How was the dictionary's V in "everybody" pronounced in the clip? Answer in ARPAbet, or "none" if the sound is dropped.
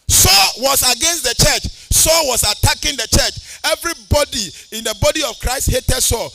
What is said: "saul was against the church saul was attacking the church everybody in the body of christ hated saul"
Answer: V